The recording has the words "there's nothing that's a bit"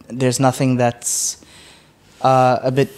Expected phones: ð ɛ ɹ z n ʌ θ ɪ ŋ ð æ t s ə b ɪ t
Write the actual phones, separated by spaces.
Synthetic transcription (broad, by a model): ð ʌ ɹ z n ʌ θ ɪ ŋ ð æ t s ə b ɪ t